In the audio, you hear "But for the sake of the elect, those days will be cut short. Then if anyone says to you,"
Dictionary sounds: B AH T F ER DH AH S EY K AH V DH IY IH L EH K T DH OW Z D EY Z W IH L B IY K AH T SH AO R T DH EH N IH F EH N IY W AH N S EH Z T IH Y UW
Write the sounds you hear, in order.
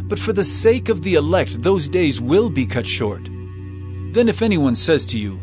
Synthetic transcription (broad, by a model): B AH T F ER DH AH S EY K AH V DH IY IH L EH K T DH OW Z D EY Z W IH L B IY K AH T SH AO R T DH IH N IH F EH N IY W AH N S EH Z T IH Y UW